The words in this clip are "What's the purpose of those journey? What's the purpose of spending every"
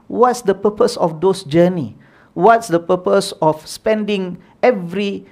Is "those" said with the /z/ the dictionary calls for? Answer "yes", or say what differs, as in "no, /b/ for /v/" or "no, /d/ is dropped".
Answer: no, /s/ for /z/